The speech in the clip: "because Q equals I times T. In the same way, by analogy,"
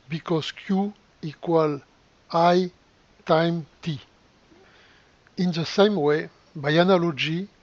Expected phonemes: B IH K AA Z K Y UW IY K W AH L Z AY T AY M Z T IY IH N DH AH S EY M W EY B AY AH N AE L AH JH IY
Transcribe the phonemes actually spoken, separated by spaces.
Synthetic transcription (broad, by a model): B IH K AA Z K Y UW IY K W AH L AY T AY M T IY IH N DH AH S EY M W EY B AY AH N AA L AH JH IY